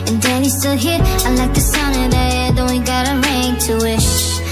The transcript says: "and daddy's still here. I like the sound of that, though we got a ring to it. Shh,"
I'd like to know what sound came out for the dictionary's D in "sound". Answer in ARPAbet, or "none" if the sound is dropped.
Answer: none